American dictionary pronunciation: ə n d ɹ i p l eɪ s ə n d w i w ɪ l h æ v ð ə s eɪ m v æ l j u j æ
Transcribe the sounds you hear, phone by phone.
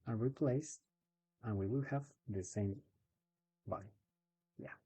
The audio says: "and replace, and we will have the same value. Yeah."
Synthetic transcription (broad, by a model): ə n ɹ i p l eɪ s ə n w i w ɪ l h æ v ð ə s eɪ m b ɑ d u j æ